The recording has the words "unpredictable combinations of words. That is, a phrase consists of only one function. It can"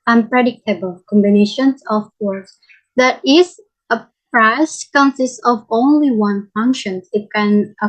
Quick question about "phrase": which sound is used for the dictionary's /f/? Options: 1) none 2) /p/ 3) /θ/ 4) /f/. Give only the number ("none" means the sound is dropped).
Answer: 2